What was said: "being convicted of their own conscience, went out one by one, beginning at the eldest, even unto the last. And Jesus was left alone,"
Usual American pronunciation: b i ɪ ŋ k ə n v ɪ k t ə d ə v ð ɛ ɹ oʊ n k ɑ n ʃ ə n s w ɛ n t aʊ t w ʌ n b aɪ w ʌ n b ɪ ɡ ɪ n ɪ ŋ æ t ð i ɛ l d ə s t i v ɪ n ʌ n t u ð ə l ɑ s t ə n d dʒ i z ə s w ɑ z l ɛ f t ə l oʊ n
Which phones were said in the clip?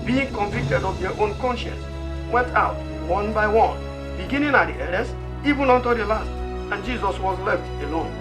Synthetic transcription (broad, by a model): b i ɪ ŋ k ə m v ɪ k t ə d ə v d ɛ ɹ oʊ n k ɑ n ʃ ə n s w ɛ n t aʊ t w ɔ n b aɪ w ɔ n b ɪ ɡ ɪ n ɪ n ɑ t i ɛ d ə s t i v ɪ n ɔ n t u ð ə l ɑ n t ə n dʒ i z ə s w ɑ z l ɛ f t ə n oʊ